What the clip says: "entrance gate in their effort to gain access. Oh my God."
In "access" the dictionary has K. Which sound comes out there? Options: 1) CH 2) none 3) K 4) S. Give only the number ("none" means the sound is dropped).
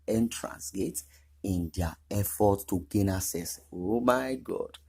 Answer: 2